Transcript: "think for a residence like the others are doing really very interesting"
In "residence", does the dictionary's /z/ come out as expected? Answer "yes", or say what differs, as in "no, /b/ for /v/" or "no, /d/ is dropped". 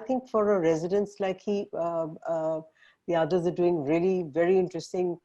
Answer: yes